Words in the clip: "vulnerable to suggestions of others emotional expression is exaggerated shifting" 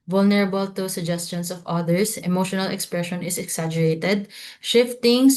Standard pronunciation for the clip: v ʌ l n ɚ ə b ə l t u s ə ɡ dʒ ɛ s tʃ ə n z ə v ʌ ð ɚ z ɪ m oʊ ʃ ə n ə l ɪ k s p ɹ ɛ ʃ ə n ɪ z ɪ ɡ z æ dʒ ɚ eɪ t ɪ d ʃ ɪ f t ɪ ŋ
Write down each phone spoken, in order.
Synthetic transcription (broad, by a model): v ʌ l n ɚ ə b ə l t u s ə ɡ dʒ ɛ s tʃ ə n s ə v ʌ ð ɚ s ɪ m oʊ ʃ ə n ə l ɪ k s p ɹ ɛ ʃ ə n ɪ s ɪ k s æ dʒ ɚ eɪ t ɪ d ʃ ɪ f t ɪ ŋ